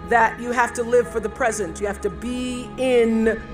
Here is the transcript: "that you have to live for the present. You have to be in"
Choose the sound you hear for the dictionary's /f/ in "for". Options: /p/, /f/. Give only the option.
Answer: /f/